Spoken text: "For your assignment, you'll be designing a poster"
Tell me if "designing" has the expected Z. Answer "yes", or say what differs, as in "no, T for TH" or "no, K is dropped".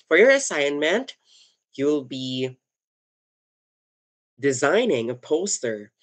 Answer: yes